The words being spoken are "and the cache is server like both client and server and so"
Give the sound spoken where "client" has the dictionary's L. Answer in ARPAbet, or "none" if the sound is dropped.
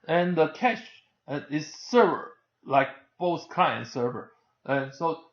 none